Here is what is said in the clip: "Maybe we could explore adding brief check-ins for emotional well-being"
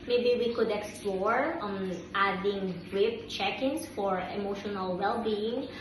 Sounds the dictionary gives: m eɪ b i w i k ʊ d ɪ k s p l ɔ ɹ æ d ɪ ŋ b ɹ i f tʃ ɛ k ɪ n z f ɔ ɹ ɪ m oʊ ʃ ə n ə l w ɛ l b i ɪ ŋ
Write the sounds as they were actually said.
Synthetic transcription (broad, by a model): m eɪ b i w i k ʊ d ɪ k s p l ɔ ɹ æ d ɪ ŋ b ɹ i p tʃ ɛ k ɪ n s f ɔ ɹ ɪ m oʊ ʃ ə n ə l w ɛ l b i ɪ ŋ